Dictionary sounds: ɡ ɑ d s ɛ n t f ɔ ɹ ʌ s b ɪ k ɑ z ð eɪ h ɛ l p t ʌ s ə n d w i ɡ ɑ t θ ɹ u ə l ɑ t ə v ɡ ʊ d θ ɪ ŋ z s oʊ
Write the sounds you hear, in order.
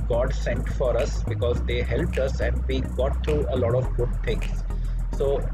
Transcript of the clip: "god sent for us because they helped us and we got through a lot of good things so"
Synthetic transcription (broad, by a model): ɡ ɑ d s ɛ n t f ɔ ɹ ʌ s b ɪ k ɑ z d eɪ h ɛ l p t ʌ s ə n d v i ɡ ɑ t t ɹ u ə l ɑ t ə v ɡ ʊ d t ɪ ŋ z s oʊ